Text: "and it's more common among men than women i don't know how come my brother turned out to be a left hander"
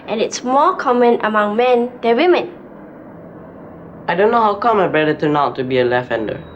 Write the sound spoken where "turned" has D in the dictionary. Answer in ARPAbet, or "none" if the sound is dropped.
none